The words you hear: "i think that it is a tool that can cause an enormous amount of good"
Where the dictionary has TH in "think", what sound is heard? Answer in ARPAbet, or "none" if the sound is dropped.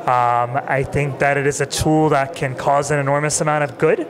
TH